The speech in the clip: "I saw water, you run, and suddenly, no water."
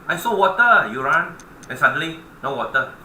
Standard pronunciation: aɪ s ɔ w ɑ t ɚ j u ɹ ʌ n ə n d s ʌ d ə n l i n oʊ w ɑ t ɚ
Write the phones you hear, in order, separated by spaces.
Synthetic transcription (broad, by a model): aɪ s ɔ w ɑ t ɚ j u ɹ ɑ n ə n s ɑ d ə l i n oʊ w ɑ t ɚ